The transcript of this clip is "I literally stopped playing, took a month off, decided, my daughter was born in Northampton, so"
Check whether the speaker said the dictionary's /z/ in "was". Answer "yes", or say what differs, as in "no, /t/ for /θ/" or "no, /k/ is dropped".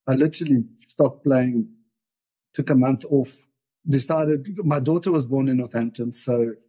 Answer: yes